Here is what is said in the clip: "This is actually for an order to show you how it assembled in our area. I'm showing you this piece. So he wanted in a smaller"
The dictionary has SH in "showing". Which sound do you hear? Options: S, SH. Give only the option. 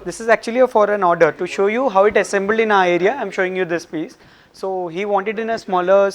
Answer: SH